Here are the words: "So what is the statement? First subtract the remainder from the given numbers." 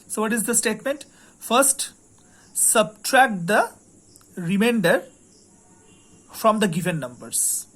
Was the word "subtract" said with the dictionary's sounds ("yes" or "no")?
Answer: yes